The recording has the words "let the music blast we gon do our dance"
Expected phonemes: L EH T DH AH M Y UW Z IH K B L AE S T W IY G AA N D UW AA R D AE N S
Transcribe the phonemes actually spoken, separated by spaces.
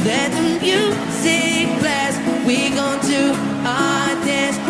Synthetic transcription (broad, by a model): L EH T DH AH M Y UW S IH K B L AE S W IY G AA N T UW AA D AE N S